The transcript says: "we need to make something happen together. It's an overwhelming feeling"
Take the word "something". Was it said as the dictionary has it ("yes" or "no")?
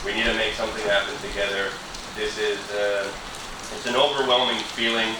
yes